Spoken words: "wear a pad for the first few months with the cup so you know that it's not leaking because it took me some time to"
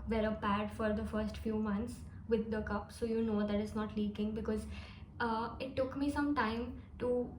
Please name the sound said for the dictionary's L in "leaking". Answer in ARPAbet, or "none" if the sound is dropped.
L